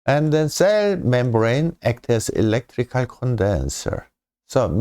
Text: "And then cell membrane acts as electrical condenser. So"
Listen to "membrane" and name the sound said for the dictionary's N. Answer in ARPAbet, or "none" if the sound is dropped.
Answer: N